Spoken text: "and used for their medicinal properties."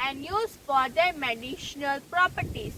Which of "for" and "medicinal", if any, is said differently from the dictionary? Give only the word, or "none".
medicinal